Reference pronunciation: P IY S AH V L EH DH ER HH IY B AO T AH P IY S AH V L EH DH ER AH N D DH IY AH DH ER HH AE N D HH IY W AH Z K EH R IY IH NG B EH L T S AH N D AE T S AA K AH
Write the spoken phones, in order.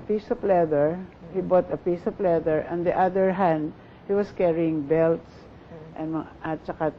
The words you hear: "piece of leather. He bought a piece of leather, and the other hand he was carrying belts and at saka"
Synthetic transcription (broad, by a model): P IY S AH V L EH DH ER HH IY B AO T AH P IY S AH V L EH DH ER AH N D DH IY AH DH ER HH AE N D HH IY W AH S K EH R IY IH NG B EH L T S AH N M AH T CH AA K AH